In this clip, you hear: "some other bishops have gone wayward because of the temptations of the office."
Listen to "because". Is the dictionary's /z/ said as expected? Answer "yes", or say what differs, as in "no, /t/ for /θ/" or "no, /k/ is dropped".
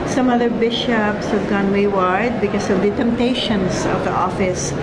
no, /s/ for /z/